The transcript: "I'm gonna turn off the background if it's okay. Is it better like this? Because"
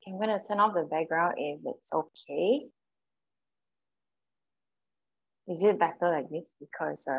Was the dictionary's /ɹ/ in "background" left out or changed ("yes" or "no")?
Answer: no